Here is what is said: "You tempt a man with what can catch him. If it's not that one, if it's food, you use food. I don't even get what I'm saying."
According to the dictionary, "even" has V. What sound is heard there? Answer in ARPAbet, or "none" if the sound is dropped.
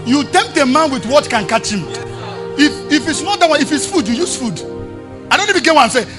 B